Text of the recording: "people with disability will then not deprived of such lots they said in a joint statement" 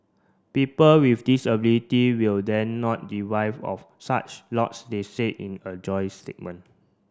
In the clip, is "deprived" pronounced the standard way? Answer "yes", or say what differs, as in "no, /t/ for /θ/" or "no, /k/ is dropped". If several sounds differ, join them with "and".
no, /p/ is dropped and /d/ is dropped